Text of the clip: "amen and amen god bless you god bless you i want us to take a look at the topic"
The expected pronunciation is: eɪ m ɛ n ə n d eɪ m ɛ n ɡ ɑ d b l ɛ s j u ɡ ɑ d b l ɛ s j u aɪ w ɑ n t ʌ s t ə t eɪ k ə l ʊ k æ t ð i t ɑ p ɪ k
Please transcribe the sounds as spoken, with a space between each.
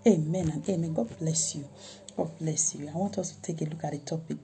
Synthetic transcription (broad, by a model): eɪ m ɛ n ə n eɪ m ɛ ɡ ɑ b l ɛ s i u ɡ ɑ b l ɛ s j u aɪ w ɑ t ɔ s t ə t eɪ k ə l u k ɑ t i t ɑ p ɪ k